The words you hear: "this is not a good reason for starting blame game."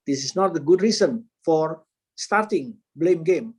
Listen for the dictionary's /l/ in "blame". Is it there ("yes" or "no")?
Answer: yes